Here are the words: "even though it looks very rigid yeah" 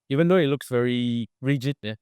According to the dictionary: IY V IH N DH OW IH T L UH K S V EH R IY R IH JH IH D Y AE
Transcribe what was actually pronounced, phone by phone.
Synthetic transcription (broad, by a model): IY V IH N DH OW IH T L UH K S V EH R IY R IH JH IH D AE